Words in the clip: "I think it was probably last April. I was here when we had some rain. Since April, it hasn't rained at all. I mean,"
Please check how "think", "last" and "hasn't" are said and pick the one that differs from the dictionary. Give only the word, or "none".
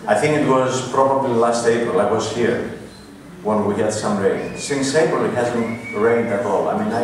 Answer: none